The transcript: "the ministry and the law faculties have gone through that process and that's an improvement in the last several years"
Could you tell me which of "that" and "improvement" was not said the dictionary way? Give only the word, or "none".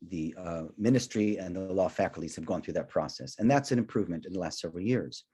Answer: none